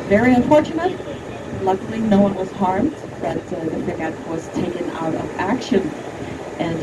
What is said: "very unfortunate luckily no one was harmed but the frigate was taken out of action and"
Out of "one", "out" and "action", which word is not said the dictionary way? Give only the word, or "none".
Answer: none